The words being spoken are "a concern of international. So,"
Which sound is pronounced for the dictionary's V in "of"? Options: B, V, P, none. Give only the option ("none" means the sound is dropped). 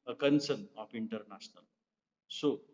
P